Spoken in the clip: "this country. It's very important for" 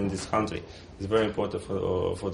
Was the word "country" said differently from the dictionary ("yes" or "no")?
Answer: no